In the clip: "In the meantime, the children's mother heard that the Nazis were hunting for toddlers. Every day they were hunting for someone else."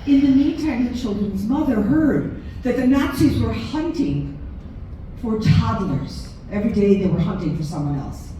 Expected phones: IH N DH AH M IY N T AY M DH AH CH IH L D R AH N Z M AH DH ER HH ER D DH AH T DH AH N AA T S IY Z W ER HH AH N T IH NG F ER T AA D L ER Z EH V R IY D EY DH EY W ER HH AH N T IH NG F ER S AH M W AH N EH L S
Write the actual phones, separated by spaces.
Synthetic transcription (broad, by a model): IH N DH AH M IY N T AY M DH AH CH IH L D R AH N Z M AH DH ER HH ER D DH AH T DH AH N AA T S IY Z W ER HH AH N T IH NG F ER T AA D L ER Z EH V R IY D EY DH EY W ER HH AH N T IH NG F ER S AH M W AH N EH L S